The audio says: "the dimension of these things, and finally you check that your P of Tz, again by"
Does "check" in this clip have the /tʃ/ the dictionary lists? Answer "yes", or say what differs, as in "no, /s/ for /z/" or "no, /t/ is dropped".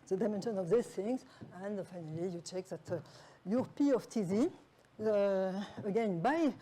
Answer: yes